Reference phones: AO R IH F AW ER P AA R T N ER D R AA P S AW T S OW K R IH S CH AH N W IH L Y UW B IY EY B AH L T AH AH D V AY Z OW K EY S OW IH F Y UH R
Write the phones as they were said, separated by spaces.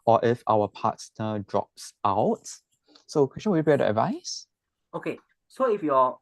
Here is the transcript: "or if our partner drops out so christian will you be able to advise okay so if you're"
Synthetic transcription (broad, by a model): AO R IH F AW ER P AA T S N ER D R AA P S AW T S OW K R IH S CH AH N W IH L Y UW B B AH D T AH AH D V AY S OW K EY S OW IH F Y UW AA